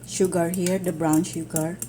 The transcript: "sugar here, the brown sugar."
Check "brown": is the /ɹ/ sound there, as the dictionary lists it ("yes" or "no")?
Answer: yes